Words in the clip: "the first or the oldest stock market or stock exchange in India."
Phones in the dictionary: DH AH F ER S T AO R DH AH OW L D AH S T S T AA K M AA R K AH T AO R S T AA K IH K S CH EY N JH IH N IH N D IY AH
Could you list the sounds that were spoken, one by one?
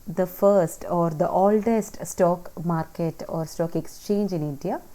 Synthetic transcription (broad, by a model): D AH F ER S T AO R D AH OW L D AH S T S T AA K M AA R K AH T AO R S T AA K IH K S CH EY N JH IH N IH N D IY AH